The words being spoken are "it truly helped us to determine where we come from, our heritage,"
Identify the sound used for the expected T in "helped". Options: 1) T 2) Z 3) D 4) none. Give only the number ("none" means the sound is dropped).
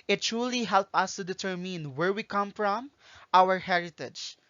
4